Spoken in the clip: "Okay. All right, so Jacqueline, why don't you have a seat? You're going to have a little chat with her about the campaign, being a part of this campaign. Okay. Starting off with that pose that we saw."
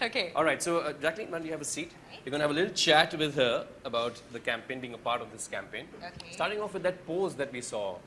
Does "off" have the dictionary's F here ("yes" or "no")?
yes